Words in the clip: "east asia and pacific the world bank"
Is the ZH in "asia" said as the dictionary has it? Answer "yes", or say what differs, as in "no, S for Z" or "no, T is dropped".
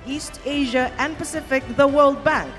yes